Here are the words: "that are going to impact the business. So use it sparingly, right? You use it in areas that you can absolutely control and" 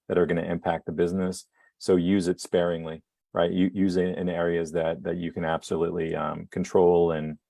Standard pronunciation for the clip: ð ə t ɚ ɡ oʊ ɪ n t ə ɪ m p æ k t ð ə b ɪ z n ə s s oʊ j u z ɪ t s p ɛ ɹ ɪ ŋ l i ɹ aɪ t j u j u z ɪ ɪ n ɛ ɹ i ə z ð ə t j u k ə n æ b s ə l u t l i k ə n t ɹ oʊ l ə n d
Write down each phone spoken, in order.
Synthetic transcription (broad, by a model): ð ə t ɚ ɡ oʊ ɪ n t ɪ m p æ k t ð ə b ɪ z n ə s s oʊ j u z ɪ t s p ɛ ɹ ɪ ŋ l i ɹ aɪ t j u j u z ɪ ɪ n ɛ ɹ i ə z ð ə t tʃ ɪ k ə n æ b s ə l u t l i k n t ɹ oʊ l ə n